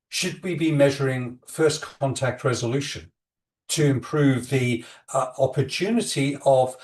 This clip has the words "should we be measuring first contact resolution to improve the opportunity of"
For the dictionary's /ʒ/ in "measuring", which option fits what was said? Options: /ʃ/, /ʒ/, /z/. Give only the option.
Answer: /ʒ/